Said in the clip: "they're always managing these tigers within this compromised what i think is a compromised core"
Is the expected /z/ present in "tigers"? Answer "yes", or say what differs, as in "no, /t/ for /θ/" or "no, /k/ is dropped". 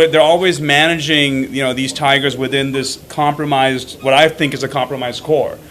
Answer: yes